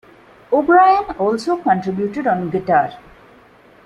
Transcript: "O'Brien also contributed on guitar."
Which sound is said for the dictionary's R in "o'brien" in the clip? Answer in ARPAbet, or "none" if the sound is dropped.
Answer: R